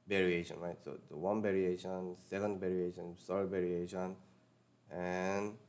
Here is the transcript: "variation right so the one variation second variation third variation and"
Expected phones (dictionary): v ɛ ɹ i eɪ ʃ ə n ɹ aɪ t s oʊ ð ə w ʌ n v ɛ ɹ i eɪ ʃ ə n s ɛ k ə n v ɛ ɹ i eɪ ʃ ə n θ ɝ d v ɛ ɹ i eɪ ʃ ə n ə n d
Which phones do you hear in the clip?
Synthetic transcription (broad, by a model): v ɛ ɹ i eɪ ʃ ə n ɹ aɪ t s oʊ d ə w ʌ n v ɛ ɹ i eɪ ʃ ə n s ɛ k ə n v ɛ ɹ i eɪ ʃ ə n s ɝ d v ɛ ɹ i eɪ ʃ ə n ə n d